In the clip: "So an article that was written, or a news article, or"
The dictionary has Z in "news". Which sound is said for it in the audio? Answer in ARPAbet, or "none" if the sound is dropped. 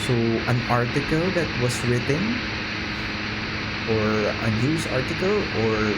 S